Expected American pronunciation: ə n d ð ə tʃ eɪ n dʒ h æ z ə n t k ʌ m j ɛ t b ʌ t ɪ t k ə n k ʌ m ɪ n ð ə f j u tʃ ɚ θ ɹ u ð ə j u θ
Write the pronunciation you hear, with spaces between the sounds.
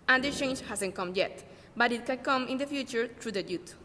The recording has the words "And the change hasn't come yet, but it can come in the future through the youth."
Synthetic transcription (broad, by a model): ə n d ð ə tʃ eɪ n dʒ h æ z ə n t k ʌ m j ɛ t b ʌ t ɪ t k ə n k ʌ m ɪ n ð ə f j u tʃ ɚ t ɹ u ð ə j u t